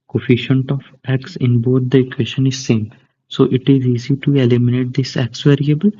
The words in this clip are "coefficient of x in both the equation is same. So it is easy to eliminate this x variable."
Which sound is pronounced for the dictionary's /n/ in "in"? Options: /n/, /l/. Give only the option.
/n/